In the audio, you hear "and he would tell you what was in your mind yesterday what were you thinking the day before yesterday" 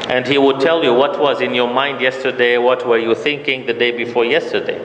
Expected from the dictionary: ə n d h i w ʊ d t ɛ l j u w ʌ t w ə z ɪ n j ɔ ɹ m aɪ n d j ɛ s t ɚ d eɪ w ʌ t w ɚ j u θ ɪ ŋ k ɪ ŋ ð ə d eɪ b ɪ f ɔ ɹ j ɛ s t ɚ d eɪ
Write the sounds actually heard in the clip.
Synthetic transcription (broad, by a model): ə n d h i w ʊ d t ɛ l j u w ʌ t w ə z ɪ n j ɔ ɹ m aɪ n d j ɛ s t ɚ d eɪ w ʌ t w ɚ j u θ ɪ ŋ k ɪ ŋ ð ə d eɪ b ɪ f ɔ ɹ j ɛ s t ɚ d eɪ